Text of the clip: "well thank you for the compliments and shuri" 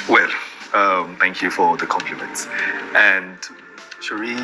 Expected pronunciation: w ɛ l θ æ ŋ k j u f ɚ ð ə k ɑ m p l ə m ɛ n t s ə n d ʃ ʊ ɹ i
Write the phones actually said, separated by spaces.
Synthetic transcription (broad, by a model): w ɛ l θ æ ŋ k j u f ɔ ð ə k ɑ m p l ə m ɛ n t s ə n d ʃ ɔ ɹ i